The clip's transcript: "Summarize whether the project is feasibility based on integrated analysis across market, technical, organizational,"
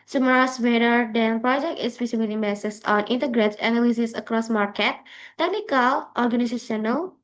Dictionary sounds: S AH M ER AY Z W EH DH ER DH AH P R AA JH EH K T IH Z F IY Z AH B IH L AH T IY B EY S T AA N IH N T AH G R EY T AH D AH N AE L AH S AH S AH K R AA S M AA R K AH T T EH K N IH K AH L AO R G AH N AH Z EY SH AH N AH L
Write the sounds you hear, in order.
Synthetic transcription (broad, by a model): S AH M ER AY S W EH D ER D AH P R AA JH EH K T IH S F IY S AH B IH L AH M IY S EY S AA N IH N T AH G R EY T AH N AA L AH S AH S AH K R AA S M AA R K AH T T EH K N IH K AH L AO R G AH N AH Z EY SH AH N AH L